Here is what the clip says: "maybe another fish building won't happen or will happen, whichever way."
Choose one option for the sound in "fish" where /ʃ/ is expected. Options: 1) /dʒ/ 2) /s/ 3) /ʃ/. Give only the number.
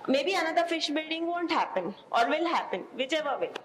3